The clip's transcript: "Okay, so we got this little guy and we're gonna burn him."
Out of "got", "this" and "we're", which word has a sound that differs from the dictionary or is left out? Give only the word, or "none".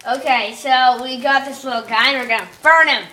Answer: none